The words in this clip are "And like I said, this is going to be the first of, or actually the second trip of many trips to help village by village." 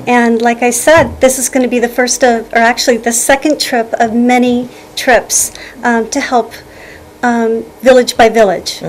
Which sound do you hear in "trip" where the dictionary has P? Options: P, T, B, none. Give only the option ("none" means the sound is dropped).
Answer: P